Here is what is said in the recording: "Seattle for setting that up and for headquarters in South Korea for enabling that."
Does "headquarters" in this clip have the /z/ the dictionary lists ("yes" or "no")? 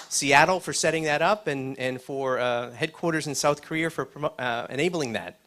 yes